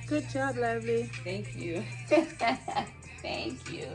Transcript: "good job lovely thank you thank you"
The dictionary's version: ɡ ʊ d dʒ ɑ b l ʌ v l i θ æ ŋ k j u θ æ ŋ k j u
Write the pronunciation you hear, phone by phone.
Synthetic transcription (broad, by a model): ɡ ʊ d tʃ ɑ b l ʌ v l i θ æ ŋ k j u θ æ ŋ k j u